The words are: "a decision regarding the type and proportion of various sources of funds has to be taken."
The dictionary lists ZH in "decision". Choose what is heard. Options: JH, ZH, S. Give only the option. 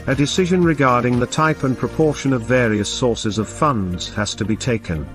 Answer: ZH